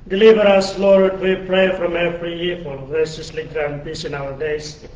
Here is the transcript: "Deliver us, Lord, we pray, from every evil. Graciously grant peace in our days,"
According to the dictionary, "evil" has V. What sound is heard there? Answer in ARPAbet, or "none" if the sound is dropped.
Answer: F